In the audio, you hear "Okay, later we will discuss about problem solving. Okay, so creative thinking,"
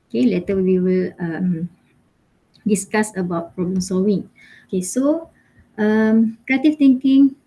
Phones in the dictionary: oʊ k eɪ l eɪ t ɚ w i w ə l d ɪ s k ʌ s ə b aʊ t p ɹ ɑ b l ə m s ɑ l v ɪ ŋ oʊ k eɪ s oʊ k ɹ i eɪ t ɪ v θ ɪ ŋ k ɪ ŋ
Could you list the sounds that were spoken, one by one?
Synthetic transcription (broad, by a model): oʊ k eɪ l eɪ t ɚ w i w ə l d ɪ s k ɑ s ə b aʊ t p ɹ ɑ b l ə m s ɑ v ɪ ŋ oʊ k eɪ s oʊ k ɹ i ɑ t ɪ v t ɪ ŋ k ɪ ŋ